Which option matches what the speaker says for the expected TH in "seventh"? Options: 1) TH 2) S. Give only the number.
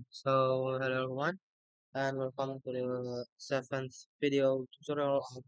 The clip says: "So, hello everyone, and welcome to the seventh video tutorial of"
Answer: 2